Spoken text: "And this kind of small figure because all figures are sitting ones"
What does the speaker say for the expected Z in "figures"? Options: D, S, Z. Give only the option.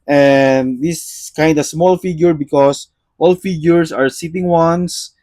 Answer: S